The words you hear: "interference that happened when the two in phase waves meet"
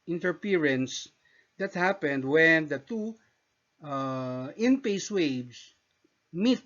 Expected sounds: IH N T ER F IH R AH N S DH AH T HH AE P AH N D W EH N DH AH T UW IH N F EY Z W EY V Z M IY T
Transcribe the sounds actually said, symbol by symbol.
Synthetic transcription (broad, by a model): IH N T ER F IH R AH N S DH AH T HH AE P AH N D W EH N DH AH T UW IH N P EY S W EY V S M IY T